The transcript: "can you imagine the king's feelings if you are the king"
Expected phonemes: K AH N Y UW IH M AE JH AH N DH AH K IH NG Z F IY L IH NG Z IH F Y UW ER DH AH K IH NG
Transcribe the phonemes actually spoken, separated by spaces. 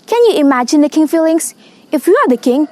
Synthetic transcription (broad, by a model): K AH N Y UW IH M AE JH AH N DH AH K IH NG F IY L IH NG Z IH F Y UW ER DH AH K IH NG